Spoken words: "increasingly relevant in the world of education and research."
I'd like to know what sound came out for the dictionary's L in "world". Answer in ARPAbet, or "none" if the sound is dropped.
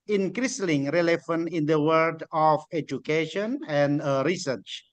none